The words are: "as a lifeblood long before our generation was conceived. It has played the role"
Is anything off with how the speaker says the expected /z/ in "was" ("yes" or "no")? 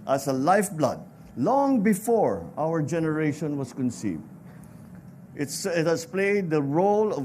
yes